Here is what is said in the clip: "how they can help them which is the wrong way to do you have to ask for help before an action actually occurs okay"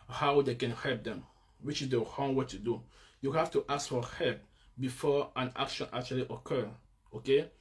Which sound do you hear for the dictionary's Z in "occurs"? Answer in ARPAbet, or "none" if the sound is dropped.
none